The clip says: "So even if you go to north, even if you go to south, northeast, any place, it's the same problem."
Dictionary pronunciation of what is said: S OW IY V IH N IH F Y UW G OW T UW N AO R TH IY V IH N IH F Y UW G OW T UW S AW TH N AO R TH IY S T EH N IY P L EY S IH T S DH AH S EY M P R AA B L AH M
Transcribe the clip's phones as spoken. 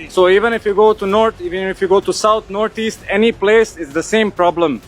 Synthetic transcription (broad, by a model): S OW IY V IH N IH F Y UW G OW T UW N AO R T IY V IH N IH F Y UW G OW T UW S AW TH N AO R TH IY S T EH N IY P L EY S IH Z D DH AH S EY M P R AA B L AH M